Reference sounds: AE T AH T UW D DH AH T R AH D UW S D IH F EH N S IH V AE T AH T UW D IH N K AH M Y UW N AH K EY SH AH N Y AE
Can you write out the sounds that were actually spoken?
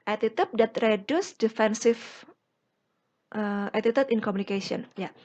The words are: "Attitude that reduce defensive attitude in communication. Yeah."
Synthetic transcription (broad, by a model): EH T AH T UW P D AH T R AH D UW S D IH F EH N S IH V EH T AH T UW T IH N K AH M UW N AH K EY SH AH N Y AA